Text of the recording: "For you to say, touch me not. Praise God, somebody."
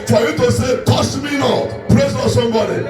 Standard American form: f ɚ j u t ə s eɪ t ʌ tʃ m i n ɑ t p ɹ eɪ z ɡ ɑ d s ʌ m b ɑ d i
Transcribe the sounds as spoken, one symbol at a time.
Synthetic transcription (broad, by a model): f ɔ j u t ə s eɪ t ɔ s m i n ɑ t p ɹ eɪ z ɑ s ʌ m b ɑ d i